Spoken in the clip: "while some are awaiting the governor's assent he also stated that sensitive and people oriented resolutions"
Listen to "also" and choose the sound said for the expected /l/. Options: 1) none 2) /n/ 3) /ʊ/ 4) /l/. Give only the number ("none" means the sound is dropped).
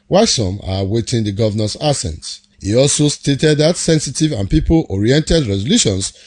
4